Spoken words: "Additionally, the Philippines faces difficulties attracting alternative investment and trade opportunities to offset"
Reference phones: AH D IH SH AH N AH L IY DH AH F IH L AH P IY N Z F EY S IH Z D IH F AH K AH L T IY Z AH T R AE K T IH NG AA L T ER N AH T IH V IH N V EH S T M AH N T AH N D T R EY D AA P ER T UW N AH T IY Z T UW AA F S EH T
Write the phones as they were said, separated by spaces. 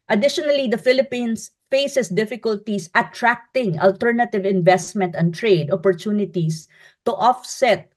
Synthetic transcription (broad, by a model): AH D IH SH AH N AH L IY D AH F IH L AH P IY N S F EY S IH S D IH F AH K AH L T IY S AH T R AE K T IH NG AA L T ER N AH T IH V IH N V EH S T M AH N T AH N T R EY D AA P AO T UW N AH T IY S T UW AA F S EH T